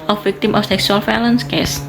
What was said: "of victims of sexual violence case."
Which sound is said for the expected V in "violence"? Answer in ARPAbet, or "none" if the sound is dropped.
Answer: F